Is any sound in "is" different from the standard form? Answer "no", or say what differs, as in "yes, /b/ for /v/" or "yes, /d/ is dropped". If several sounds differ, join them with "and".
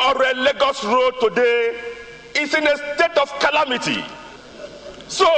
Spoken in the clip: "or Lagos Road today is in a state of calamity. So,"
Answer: yes, /s/ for /z/